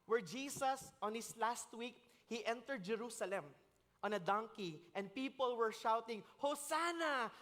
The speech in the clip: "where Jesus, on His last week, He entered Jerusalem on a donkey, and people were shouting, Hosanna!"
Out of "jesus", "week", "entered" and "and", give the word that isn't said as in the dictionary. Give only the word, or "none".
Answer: jesus